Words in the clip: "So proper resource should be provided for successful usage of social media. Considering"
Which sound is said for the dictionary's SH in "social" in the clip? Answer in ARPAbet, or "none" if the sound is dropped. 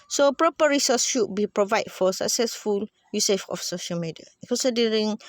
SH